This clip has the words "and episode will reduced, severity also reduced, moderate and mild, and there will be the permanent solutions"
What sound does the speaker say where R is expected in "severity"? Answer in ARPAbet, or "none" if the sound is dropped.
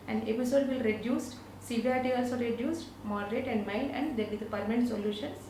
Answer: none